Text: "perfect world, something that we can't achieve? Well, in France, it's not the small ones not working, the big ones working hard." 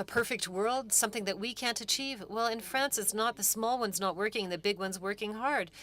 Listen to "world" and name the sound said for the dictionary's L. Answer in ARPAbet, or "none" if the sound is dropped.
L